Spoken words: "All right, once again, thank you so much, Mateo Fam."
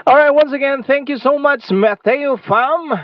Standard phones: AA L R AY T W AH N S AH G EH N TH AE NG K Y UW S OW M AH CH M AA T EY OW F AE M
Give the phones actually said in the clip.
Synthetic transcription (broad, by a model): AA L R AY T W AH N S AH G EH N TH AE NG K Y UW S OW M AH CH M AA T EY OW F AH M